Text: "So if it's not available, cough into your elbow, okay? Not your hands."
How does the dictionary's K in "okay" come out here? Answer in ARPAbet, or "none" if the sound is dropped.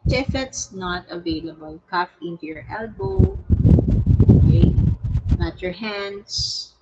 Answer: none